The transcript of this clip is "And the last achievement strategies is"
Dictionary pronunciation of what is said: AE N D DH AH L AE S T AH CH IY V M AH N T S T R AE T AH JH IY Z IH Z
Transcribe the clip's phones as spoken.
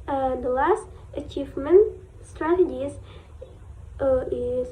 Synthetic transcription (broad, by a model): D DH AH L AE S T AH CH IY V M AH N T S T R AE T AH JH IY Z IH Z